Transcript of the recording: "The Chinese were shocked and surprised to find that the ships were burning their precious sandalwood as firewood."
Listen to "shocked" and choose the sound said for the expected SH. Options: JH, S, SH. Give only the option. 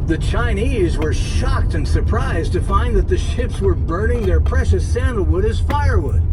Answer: SH